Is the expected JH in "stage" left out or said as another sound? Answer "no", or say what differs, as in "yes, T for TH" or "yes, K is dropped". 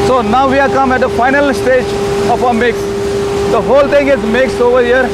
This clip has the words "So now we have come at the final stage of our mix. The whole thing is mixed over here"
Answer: no